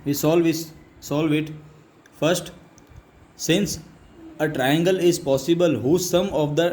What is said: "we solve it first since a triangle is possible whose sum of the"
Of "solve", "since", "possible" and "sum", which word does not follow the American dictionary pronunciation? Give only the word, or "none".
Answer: none